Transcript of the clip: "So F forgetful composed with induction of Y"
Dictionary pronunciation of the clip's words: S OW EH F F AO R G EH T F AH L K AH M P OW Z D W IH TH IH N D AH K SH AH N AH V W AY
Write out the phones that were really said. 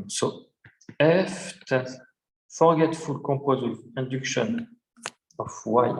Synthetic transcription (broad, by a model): S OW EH F F AO R G EH T F AH L K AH P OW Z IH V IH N D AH K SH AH N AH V W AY